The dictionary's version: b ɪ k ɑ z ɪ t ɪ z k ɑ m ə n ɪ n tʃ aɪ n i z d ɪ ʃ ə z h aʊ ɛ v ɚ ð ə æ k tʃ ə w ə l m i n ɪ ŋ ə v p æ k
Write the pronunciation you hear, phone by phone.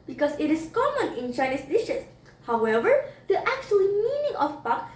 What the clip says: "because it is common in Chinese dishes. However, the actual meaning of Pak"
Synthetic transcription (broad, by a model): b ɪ k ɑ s ɪ t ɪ s k ɑ m ə n ɪ n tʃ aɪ n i s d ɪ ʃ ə s h aʊ ɛ v ɚ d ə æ k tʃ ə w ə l m i n ɪ ŋ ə f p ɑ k